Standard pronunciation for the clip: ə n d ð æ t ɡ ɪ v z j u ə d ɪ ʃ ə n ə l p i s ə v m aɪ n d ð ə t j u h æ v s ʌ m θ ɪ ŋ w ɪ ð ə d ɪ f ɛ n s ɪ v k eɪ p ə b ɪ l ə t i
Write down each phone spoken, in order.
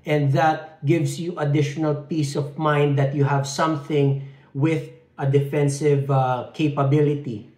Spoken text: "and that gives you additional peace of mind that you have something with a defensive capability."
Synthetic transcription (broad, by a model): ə n d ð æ t ɡ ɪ v s j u ə d ɪ ʃ ə n ə l p i s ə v m aɪ n d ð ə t j u h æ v s ʌ m θ ɪ ŋ w ɪ ð ə d ɪ f ɛ n s ɪ v k eɪ p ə b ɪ l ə t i